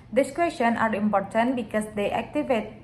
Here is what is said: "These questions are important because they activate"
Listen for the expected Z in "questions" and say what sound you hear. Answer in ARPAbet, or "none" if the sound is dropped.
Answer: none